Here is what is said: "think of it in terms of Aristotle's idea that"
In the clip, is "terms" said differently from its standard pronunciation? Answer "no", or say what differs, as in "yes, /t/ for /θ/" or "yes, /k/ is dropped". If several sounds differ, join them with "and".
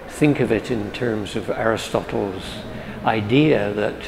no